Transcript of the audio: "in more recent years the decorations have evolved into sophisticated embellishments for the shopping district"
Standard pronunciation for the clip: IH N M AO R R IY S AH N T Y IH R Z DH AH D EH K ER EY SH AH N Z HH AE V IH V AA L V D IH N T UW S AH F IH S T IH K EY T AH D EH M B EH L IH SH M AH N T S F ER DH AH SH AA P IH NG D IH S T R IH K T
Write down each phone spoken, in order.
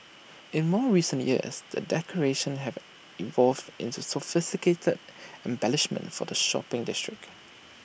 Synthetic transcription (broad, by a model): IH N M AO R R IY S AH N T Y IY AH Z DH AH D EH K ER EY SH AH N HH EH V IH V AA L V D IH N T UW S AH F IH S T IH K EY T AH D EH M B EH L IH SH M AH N T F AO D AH SH AA P IH NG D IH S T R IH K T